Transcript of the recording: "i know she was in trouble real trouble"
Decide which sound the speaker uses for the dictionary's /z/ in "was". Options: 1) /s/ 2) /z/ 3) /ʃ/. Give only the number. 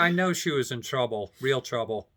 2